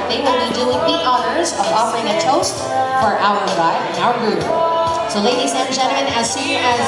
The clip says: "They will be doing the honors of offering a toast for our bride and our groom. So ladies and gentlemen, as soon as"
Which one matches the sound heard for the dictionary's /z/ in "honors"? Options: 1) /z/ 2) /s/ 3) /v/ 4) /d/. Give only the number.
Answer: 1